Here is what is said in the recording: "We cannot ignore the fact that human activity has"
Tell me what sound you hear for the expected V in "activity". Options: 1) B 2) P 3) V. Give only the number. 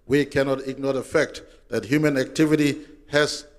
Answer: 3